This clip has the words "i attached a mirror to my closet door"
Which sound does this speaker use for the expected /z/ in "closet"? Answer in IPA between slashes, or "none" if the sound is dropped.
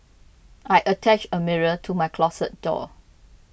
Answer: /s/